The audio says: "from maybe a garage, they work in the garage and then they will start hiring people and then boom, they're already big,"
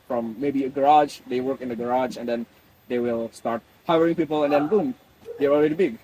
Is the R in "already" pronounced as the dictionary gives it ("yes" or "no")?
no